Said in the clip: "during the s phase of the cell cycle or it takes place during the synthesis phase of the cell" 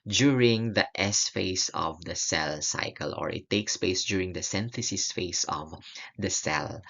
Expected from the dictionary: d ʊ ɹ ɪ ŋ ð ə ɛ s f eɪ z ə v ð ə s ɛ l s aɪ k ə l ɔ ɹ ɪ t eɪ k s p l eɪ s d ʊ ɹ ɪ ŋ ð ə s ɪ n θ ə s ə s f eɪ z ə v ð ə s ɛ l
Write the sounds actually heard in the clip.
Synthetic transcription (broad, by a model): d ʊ ɹ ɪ ŋ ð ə ɛ s f eɪ s ə v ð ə s ɛ l s aɪ k ə l ɔ ɹ ɪ t eɪ k s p eɪ s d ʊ ɹ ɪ ŋ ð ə s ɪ n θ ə s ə s f eɪ s ə v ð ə s ɛ l